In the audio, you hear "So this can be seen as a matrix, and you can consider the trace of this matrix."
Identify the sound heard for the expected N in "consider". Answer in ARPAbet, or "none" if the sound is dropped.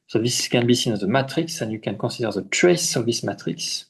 none